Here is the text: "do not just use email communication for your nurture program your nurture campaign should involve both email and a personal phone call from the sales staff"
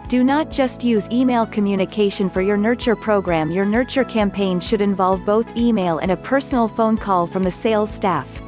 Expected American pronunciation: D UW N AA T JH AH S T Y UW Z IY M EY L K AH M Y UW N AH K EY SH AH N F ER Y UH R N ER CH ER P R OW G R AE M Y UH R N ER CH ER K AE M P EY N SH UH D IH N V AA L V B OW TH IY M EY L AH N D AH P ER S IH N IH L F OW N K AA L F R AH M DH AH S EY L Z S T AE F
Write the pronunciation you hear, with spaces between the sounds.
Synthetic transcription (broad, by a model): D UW N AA T JH AH S T Y UW Z IY M EY L K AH M Y UW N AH K EY SH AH N F ER Y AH R N ER CH ER P R OW G R AE M Y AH R N ER CH ER K AE M P EY N SH UH D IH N V AA L V B OW TH IY M EY L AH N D AH P ER S N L F OW N K AA L F R AH M DH AH S EY L Z S T AE F